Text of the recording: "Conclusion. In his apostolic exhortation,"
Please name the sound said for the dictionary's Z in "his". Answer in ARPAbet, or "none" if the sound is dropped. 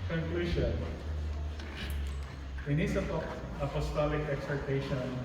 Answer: S